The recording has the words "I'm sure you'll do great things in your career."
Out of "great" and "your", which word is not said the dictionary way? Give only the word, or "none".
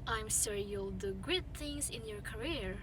great